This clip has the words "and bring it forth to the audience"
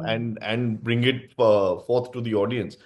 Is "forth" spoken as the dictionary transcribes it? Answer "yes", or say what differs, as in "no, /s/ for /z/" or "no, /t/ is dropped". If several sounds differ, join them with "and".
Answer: no, /t/ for /θ/